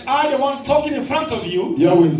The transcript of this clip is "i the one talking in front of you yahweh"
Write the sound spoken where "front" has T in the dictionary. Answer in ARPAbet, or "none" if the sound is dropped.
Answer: T